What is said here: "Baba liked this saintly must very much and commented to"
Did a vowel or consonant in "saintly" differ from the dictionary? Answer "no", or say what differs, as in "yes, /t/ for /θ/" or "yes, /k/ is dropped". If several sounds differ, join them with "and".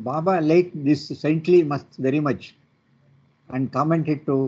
no